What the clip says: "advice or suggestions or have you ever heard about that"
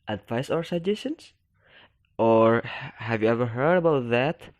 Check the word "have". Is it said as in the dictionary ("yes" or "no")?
yes